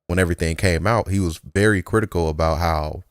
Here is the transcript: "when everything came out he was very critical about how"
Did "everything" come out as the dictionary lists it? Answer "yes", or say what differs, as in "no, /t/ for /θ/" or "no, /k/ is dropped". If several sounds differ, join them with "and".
yes